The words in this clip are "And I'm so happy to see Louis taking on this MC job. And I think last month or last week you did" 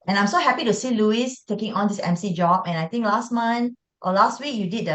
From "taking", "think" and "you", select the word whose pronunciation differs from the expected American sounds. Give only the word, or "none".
think